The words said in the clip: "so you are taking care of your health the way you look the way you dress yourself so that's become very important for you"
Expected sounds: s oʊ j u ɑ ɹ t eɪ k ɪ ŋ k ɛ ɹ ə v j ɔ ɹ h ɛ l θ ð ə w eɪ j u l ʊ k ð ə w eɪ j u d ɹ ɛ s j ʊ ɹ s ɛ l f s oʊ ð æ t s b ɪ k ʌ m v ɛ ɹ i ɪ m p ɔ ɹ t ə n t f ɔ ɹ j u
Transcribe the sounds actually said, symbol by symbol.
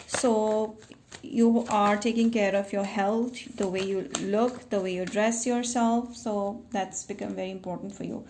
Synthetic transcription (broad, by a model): s oʊ j u ɑ ɹ t eɪ k ɪ ŋ k ɛ ɹ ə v j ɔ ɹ h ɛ l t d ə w eɪ j u l ʊ k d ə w eɪ j u d ɹ ɛ s j ʊ ɹ s ɛ l f s oʊ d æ t s b ɪ k ʌ m v ɛ ɹ i ɪ m p ɔ ɹ t ə n t f ɔ ɹ j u